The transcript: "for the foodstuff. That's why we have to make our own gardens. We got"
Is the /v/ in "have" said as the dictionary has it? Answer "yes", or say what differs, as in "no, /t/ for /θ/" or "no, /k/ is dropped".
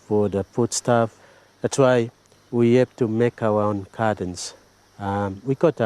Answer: no, /p/ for /v/